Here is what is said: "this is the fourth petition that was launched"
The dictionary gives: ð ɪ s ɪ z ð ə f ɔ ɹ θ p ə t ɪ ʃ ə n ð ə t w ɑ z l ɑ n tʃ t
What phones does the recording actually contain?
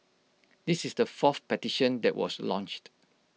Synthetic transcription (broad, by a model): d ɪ s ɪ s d ə f ɔ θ p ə t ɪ ʃ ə n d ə t w ɑ s l ɑ n tʃ t